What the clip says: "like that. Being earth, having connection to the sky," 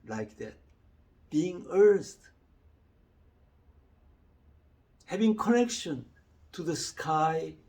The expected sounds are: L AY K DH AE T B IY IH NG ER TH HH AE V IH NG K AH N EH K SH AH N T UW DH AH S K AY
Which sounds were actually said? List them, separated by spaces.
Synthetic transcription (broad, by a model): L AY K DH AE T B IY IH NG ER T HH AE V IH NG K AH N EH K SH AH N T UW DH AH S K AY